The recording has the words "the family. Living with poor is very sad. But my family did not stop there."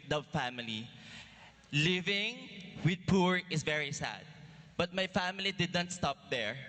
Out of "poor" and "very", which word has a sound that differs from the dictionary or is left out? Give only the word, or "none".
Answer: none